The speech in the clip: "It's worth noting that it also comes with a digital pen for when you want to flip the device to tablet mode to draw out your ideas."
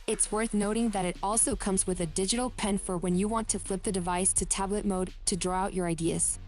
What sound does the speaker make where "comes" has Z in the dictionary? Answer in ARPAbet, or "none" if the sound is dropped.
Z